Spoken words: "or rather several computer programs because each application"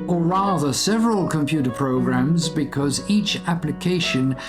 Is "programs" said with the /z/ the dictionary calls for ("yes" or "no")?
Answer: yes